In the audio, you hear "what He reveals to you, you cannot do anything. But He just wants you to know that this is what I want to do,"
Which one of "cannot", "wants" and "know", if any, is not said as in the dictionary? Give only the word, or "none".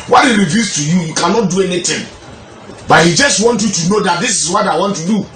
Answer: wants